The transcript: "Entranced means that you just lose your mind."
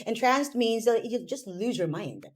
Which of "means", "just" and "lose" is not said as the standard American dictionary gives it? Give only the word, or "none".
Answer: none